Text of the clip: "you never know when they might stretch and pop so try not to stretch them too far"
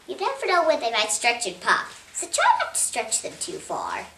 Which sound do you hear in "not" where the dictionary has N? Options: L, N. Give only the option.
L